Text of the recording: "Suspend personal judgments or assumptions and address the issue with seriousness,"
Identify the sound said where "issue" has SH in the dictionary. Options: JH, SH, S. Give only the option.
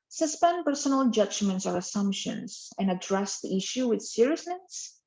SH